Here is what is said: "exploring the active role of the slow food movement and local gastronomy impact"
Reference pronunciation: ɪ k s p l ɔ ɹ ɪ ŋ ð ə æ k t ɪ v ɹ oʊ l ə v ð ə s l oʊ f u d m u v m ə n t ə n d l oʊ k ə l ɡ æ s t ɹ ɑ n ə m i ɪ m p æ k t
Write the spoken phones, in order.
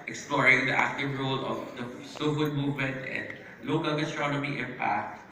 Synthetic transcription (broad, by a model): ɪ k s p l ɔ ɹ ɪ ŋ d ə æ k t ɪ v ɹ oʊ l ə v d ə s oʊ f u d m u v m ə n t ə n d l oʊ k ə l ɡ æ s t ɹ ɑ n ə m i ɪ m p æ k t